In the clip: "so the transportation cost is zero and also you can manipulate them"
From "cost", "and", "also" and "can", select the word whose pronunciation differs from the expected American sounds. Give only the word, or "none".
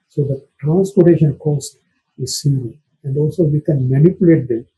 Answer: none